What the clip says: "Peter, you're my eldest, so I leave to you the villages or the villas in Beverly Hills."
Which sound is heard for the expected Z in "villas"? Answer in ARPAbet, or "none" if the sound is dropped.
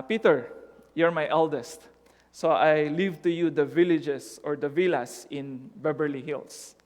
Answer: S